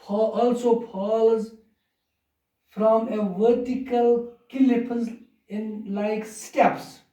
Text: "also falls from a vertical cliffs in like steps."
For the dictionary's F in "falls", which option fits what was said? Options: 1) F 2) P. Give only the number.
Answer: 2